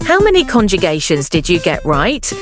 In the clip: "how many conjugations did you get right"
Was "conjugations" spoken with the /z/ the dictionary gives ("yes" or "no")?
yes